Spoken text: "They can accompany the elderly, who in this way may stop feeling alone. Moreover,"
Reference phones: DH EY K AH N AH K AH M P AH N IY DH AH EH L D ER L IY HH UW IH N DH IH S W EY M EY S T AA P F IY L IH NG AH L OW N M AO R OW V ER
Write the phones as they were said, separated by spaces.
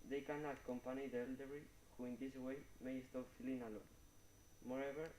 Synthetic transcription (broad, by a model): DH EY K AH N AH K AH M P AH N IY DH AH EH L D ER IY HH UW IH N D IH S W EY M EY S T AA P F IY L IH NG AH L OW N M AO R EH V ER